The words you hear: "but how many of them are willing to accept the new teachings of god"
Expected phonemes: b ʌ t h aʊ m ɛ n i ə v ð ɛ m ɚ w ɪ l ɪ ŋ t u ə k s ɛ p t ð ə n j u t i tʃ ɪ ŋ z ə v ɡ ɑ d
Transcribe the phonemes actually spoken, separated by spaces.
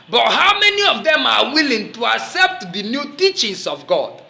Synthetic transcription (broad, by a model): b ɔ t h aʊ m ɛ n i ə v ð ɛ m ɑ w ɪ l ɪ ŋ t u ə k s ɛ p t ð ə n j u t i tʃ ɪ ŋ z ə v ɡ ɑ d